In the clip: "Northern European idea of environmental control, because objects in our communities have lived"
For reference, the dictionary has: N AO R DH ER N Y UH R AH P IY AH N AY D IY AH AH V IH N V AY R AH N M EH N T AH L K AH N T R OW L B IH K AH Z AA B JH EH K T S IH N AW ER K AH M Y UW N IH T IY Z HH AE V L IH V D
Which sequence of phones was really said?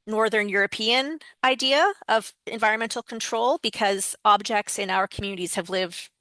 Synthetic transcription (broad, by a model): N AO R DH ER N Y UH R AH P IY AH N AY D IY AH AH V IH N V AY R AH N M EH N T L K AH N T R OW L B IH K AH Z AA B JH EH K T S IH N AW ER K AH M Y UW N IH T IY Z HH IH V L IH V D